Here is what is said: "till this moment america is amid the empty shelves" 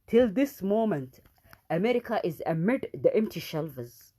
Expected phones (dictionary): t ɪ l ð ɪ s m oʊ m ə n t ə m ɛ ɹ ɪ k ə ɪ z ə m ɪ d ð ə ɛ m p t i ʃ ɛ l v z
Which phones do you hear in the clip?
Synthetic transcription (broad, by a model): t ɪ l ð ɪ s m oʊ m ə n t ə m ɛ ɹ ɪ k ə ɪ z ə m ɪ d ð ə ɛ m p t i ʃ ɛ l v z